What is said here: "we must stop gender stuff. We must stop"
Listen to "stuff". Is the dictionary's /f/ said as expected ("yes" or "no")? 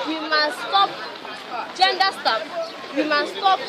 no